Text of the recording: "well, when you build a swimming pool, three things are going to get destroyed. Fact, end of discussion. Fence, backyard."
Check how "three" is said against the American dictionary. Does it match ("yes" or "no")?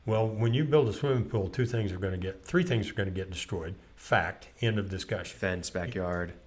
yes